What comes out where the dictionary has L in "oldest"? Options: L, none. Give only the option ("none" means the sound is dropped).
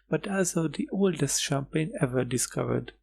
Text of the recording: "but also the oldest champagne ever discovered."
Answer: L